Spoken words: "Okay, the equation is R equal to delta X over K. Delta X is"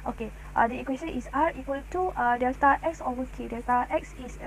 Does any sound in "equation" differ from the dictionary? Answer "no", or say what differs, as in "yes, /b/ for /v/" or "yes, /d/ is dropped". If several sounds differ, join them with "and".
yes, /s/ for /ʒ/